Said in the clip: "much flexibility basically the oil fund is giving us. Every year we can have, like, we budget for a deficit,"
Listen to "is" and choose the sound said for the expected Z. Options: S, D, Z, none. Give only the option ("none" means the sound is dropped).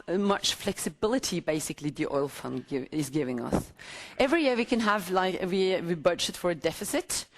Z